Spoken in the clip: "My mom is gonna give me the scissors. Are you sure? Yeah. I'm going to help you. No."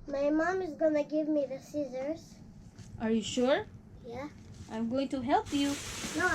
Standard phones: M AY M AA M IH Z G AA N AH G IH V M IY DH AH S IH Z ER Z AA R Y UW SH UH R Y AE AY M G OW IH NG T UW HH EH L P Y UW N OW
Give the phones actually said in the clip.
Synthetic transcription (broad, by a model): M AY M AA M IH Z G AA N AH G IH V M IY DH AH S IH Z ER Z AA R Y UW SH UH R Y AE AY M G OW IH NG T UW HH EH L P Y UW N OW